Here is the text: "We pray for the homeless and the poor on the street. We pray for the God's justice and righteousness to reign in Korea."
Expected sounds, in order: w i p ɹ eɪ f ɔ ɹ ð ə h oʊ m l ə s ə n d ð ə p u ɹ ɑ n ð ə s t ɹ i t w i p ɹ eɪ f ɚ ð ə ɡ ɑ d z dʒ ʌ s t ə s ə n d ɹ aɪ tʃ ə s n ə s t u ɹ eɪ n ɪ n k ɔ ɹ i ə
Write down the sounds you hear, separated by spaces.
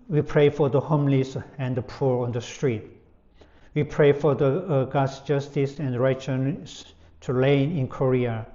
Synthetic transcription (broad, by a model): w i p ɹ eɪ f ɔ ɹ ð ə h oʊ m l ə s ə n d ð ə p u ɹ ɑ n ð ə s t ɹ i t w i p ɹ eɪ f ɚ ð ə ɡ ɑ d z dʒ ʌ s t ə s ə n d ɹ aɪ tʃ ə n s t u l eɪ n ɪ n k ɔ ɹ i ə